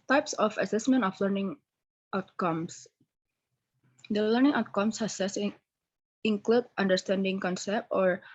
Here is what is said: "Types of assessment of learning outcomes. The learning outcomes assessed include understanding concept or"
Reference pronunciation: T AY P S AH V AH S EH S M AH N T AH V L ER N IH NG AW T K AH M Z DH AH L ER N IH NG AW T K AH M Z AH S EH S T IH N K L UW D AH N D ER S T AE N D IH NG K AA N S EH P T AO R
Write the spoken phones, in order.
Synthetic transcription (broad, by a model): T AY P S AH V AH S EH S M AH N T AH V L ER N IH NG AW T K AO M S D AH L ER N IH NG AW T K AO M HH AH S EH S IH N K L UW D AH N D ER S T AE N D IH NG K AA N S EH P T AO R